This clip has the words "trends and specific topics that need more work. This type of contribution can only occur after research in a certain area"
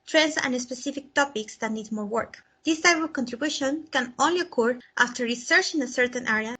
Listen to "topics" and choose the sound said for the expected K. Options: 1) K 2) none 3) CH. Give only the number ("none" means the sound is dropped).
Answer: 1